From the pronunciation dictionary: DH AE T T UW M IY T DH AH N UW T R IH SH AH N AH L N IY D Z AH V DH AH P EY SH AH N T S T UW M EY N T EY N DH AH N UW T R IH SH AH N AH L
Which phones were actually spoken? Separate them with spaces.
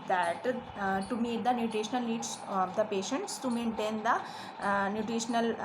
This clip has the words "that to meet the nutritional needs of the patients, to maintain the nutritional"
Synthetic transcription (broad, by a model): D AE T T UW M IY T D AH N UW T R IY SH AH N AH L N IY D S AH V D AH P EY SH AH N T S T UW M EY N T EY N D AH N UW T R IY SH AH N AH L